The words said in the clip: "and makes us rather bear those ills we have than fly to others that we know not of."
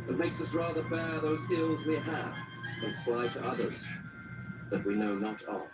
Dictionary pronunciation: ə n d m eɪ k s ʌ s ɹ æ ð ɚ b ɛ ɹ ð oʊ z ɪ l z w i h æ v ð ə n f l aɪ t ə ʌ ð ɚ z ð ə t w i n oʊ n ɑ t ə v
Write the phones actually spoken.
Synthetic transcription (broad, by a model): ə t m eɪ k s ʌ s ɹ æ ð ɚ b ɛ ɹ ð oʊ z ɪ l z w i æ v ð ə n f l aɪ t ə ʌ ð ɚ z ð ə t w i n oʊ n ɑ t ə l